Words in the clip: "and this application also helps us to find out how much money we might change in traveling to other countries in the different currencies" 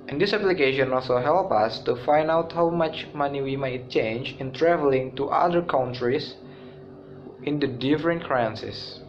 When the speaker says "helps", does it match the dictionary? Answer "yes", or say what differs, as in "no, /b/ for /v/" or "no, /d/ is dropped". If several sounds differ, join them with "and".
no, /s/ is dropped